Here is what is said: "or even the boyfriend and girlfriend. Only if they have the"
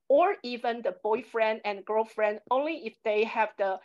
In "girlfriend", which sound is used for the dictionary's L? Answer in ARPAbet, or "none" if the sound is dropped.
L